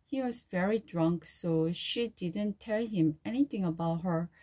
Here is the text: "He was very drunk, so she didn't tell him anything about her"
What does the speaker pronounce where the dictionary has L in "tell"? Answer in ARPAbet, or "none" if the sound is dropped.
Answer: L